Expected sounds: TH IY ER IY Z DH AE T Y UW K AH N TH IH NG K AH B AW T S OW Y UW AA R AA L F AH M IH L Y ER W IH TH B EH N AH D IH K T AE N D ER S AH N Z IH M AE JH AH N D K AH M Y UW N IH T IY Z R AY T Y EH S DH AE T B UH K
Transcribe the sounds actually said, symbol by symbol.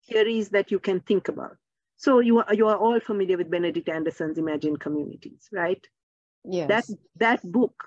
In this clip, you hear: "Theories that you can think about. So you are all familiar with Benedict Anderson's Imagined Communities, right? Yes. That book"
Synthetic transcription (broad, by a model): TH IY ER IY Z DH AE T Y UW K AH N T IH NG K AH B AW T S OW Y UW AA R AA L F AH M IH L Y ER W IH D B EH N AH D IH K T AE N D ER S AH N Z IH M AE JH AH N K AH M Y UW N IH T IY Z R AY T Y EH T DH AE T B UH K